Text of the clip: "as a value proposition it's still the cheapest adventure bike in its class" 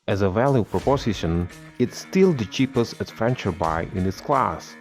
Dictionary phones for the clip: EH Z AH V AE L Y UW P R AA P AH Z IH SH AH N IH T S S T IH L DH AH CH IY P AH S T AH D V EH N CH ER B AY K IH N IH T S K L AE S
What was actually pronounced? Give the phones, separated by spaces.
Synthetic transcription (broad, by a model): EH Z AH V AE L Y UW P R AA P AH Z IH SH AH N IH T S S T IH L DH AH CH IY P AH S T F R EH N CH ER B AY IH N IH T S K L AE S